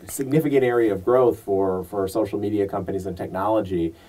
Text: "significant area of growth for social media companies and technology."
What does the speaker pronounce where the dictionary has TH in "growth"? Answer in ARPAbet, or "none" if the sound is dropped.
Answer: TH